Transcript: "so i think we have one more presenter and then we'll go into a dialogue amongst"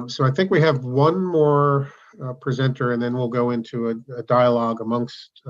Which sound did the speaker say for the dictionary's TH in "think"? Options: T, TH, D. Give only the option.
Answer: TH